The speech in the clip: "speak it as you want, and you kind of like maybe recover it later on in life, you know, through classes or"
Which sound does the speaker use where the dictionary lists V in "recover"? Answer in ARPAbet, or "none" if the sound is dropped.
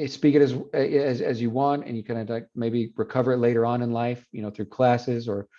V